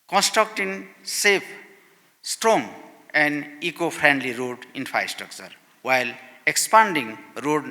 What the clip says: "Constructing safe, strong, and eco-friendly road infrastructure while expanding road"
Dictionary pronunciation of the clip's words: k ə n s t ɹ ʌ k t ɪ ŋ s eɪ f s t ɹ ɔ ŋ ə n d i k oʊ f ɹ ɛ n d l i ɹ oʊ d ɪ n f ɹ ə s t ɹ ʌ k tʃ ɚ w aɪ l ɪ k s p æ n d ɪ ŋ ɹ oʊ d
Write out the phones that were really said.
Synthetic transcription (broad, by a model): k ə n s t ɹ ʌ k t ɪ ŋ s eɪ p s t ɹ ɔ ŋ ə n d i k oʊ p ɹ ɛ n d l i ɹ oʊ d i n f ɹ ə s t ɹ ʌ k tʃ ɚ w aɪ l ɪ k s p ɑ n d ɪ ŋ ɹ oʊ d